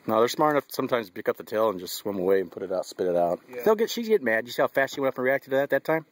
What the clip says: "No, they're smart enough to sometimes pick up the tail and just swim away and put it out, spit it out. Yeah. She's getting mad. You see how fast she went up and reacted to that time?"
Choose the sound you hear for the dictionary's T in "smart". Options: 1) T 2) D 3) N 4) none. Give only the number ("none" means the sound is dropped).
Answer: 4